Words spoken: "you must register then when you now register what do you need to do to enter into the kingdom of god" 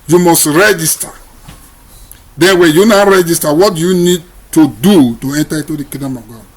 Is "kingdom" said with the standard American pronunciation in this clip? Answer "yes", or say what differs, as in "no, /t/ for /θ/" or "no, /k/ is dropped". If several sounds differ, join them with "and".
no, /ŋ/ is dropped